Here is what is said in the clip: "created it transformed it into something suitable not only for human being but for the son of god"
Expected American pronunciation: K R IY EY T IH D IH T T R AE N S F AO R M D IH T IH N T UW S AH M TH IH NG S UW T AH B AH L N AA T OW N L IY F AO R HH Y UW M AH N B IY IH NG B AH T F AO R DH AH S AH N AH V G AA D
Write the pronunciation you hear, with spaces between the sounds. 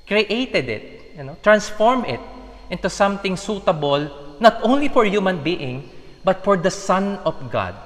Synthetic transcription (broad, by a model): K R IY EY T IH D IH T T R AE N S F AO R M IH T IH N T UW S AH M T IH NG S UW T AH B AH L N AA T OW N L IY F AO R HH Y UW M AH N B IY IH NG B AH T F AO R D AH S AH N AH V G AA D